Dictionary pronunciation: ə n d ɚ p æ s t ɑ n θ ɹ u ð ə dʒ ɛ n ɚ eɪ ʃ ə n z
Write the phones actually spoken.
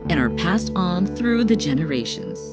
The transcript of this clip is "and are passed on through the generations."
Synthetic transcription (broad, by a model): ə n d ɚ p æ s t n θ ɹ u ð ə dʒ ɛ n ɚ eɪ ʃ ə n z